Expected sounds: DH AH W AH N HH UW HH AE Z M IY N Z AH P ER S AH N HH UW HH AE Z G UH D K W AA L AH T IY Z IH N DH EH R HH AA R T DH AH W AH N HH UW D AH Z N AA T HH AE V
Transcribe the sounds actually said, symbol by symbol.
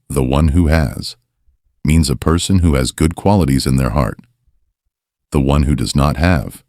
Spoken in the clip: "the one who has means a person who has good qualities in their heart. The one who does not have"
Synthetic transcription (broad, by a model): DH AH W AH N HH UW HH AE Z M IY N Z AH P ER S AH N HH UW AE Z G UH D K W AA L AH T IY Z IH N DH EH R HH AA R T DH AH W AH N HH UW D AH Z N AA T HH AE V